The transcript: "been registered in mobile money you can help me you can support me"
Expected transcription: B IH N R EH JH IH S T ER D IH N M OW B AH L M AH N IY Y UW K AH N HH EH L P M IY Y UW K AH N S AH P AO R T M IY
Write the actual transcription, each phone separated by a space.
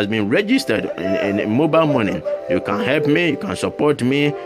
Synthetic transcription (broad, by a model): B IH N R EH JH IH S T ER D IH N M OW B AH L M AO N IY Y UW K AH N HH EH L P M IY Y UW K AH N S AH P AO T M IY